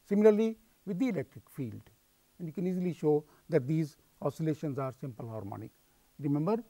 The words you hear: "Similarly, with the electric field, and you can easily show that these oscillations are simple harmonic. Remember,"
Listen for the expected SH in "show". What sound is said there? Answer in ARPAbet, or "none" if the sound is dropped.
SH